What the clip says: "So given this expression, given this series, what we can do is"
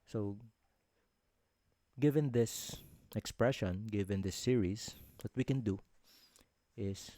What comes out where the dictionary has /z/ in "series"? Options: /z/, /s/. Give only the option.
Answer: /s/